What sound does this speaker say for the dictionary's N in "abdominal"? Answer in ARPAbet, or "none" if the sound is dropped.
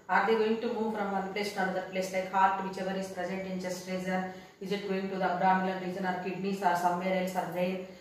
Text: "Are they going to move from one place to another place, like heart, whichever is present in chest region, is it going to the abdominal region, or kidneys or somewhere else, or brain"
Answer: L